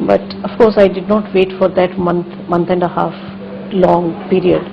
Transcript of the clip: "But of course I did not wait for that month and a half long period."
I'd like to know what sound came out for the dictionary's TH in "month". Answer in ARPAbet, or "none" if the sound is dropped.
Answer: T